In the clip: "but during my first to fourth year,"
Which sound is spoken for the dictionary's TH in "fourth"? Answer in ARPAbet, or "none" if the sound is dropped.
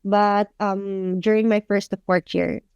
T